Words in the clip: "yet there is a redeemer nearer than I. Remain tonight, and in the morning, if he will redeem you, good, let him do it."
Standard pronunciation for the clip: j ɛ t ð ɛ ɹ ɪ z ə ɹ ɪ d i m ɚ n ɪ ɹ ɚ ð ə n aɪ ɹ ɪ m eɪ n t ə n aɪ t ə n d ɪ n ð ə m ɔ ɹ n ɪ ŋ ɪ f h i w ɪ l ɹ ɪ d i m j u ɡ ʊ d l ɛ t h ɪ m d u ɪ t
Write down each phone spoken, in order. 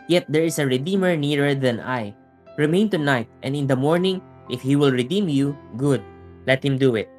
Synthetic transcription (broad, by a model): j ɛ t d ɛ ɹ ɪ s ə ɹ ɪ d i m ɚ n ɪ ɹ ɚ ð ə n aɪ ɹ ɪ m eɪ n t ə n aɪ t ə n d ɪ n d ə m ɔ ɹ n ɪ ŋ ɪ f h i w ɪ l ɹ ɪ d i m j u ɡ ʊ d l ɛ t h ɪ m d u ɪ t